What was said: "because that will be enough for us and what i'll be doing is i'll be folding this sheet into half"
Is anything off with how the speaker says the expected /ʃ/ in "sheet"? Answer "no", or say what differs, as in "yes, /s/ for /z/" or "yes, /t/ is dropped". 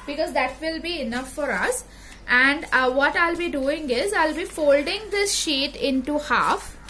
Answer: no